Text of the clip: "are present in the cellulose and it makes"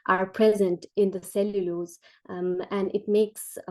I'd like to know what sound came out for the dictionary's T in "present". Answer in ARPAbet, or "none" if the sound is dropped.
T